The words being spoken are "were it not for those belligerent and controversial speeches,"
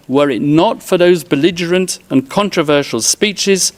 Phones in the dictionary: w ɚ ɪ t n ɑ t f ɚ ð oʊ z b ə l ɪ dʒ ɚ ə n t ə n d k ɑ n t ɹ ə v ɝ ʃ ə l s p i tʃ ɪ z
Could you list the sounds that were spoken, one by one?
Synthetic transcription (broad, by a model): w ɚ ɪ t n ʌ t f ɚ ð oʊ z b ə l ɪ dʒ ɚ ə n t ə n k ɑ n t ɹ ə v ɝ ʃ ə l s p i tʃ ɪ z